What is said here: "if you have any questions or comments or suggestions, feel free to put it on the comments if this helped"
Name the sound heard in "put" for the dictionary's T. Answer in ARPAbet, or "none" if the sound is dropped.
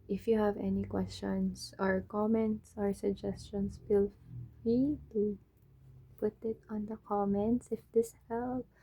T